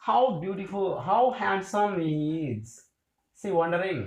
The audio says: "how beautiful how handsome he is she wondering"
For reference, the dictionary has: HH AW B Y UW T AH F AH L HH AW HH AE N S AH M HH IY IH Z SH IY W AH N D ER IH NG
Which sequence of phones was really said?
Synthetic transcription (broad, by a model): HH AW B Y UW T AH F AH L HH AW HH AE N S AH M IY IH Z S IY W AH N D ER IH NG